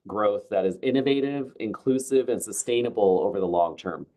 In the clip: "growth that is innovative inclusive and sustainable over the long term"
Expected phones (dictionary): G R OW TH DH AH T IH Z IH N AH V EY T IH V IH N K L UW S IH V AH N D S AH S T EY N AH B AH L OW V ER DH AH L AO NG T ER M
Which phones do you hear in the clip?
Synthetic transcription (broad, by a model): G R OW TH DH AH T IH Z IH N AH V EY T IH V IH N K L UW S IH V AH N S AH S T EY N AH B L OW V ER DH AH L AO NG T ER M